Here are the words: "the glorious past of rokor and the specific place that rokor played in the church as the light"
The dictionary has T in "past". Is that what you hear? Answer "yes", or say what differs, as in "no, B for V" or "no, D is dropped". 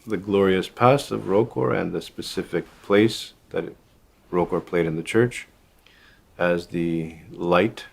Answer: no, T is dropped